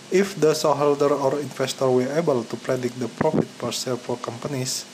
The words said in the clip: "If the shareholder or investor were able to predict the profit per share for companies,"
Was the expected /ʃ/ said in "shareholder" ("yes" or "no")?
no